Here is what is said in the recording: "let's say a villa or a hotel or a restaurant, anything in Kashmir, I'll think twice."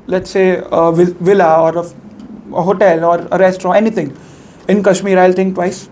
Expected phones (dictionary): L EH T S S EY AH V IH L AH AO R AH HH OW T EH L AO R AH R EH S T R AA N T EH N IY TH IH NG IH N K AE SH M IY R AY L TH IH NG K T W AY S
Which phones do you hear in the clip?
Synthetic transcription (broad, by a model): L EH T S S EY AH V IH L AH AO R AH HH OW T EH L AO R AH R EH S T AA T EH N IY T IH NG IH N K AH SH M IY R AY L T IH NG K T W AY S